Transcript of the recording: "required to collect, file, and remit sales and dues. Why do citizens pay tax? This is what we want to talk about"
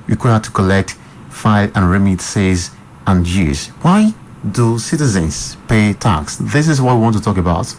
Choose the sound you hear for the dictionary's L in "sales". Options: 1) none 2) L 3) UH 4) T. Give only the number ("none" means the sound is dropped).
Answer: 1